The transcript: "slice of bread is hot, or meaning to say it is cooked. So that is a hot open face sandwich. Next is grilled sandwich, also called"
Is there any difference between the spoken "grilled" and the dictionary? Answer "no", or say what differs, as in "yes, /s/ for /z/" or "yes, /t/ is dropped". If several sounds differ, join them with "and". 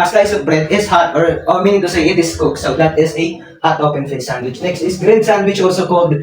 yes, /n/ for /l/